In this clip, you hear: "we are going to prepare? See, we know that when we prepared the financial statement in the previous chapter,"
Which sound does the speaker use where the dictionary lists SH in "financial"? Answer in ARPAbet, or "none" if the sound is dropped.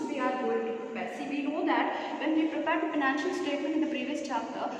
SH